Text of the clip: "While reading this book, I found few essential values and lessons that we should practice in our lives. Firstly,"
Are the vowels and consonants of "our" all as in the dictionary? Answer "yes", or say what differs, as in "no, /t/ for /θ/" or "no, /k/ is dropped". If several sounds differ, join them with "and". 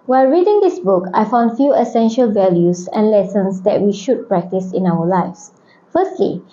no, /w/ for /ɹ/